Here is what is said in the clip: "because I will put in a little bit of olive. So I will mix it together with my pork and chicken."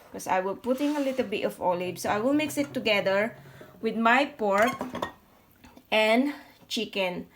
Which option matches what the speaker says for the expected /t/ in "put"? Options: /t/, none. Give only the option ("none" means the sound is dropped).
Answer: /t/